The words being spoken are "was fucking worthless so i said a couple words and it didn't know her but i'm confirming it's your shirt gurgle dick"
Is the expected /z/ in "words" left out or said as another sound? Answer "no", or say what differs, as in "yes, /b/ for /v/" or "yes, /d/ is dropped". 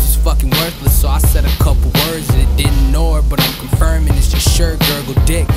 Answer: no